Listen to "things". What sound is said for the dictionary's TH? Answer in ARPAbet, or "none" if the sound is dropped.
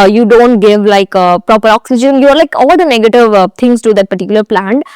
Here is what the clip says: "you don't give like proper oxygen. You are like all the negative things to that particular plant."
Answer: T